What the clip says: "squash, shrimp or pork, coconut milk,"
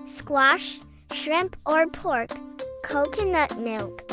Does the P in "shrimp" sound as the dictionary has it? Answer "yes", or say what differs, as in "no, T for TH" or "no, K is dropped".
yes